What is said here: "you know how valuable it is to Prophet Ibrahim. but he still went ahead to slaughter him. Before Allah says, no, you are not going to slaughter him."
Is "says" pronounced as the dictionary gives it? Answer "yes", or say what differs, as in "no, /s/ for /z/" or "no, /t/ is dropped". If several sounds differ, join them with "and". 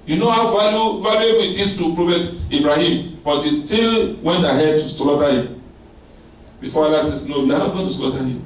no, /s/ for /z/